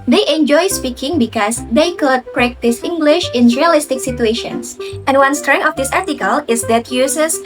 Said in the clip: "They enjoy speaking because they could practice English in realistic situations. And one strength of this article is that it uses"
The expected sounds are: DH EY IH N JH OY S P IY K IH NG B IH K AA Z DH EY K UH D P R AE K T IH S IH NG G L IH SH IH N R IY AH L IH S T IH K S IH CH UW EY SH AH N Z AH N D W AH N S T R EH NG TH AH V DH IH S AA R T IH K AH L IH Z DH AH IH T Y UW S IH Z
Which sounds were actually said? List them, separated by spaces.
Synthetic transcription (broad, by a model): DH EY IH N JH OY S P IY K IH NG B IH K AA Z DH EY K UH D P R AE K T IH S IH NG G L IH SH IH N R IY AH L IH S T IH K S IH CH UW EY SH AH N S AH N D W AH N S T R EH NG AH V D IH S AA R T IH K AH L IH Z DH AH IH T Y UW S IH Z